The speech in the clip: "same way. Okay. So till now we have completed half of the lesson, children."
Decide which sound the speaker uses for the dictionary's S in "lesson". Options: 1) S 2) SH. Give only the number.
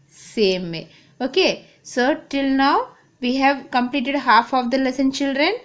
1